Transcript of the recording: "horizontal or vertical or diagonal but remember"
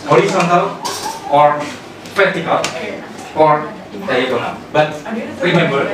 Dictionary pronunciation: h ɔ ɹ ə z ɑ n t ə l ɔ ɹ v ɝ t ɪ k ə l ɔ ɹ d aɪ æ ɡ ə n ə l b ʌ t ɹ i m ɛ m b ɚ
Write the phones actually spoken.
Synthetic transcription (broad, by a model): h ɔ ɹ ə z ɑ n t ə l ɔ ɹ p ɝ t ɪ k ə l ɔ ɹ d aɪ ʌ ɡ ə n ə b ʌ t ɹ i m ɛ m b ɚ